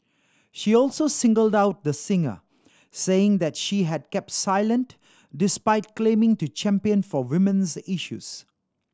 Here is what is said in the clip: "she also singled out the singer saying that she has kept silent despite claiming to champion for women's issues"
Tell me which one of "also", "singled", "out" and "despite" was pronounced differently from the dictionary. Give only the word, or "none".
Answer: none